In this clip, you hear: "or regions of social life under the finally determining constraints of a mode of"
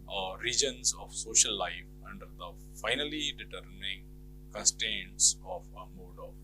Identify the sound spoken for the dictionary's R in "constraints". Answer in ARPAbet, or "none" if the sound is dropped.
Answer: none